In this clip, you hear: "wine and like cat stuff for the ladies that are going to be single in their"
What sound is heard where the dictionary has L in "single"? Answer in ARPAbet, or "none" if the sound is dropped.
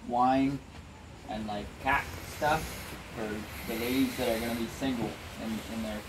N